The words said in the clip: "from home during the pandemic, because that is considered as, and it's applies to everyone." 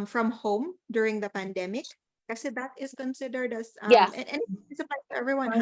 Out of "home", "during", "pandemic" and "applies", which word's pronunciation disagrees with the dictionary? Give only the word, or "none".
applies